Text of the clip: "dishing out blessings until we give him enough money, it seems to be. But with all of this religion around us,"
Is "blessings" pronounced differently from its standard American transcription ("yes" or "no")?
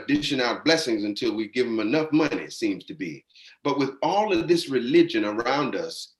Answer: no